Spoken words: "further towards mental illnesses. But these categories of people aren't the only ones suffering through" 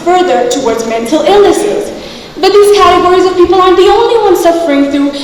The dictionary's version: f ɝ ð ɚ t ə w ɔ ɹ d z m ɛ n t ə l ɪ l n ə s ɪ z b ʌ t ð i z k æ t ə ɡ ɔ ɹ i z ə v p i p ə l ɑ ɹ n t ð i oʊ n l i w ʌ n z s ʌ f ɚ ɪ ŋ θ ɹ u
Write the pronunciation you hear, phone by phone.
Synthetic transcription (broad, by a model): f ɝ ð ɚ t ə w ɔ ɹ d z m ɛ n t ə l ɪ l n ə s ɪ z b ʌ t ð i z k æ t ə ɡ ɔ ɹ i z ə v p i p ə l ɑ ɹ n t ð i oʊ n l i w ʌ n s ʌ f ɚ ɪ ŋ θ ɹ u